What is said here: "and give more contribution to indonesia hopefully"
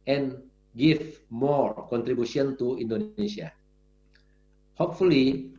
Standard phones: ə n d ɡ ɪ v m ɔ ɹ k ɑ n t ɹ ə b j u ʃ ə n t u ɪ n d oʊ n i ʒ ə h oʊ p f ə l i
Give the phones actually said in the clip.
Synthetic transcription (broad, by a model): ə n ɡ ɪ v m ɔ ɹ k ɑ n t ɹ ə b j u s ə n t u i n d oʊ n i s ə h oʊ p f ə l i